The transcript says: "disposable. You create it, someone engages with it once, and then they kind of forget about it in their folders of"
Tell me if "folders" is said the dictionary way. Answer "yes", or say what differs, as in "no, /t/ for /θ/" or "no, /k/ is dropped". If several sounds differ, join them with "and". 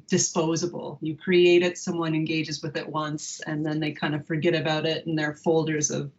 yes